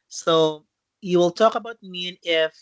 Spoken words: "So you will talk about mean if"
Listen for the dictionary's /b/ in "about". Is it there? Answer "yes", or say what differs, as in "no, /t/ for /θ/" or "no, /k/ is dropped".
yes